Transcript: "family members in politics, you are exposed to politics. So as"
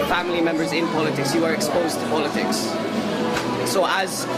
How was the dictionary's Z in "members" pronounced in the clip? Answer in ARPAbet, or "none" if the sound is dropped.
Z